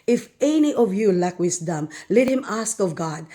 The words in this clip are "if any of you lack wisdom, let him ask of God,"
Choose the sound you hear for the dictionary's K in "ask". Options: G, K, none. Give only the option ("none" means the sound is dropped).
K